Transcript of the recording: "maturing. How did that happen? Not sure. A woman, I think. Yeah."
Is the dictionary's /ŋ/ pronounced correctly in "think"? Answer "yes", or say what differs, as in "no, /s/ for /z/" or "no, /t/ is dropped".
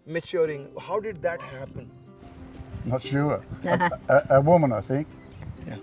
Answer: yes